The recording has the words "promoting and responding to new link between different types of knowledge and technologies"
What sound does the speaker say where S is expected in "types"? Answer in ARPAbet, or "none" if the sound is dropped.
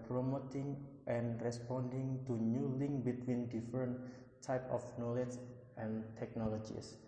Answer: none